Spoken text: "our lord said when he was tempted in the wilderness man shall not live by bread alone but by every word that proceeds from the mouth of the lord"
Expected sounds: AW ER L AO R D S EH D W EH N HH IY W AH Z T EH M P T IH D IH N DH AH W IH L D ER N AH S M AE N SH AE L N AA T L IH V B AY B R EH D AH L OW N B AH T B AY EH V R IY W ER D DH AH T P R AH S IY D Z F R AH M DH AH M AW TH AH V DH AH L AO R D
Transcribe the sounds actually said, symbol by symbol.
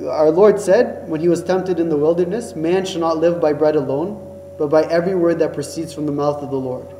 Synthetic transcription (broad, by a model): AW ER L AO R D S EH D W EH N IY W AH Z T EH M P T IH D IH N DH AH W IH L D ER N AH S M AE N SH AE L N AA T L IH V B AY B R EH D AH L OW N B AH T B AY EH V R IY W ER D DH AH T P R AH S IY D Z F R AH M DH AH M AW TH AH V DH AH L AO R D